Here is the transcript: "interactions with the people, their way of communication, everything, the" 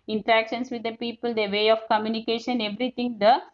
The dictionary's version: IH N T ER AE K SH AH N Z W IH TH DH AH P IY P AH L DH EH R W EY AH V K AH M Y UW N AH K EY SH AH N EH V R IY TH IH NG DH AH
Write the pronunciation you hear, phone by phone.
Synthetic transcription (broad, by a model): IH N T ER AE K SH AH N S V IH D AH P IY P AH L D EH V EY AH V K AH M Y UW N AH K EY SH AH N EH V R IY T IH NG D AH